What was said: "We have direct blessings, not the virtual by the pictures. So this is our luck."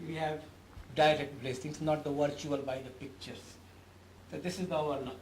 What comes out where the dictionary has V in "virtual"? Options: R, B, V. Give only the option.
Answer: V